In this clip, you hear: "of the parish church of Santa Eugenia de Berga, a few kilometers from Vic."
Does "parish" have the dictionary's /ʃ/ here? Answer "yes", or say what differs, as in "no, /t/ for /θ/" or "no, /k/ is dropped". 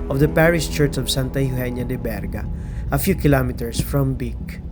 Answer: no, /s/ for /ʃ/